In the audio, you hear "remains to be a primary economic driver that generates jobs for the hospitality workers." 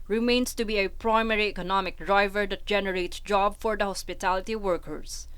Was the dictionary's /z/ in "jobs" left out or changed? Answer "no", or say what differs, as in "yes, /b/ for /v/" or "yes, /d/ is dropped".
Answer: yes, /z/ is dropped